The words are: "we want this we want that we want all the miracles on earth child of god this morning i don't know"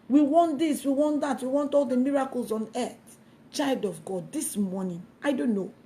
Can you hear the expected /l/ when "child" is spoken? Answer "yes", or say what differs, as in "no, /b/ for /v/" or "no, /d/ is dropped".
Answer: yes